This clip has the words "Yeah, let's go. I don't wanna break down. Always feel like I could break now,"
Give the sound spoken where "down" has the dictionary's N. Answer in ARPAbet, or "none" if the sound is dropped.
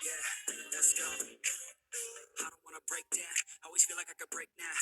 none